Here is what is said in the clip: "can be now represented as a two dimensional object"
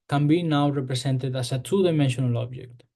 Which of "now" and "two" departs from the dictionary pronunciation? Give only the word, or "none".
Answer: two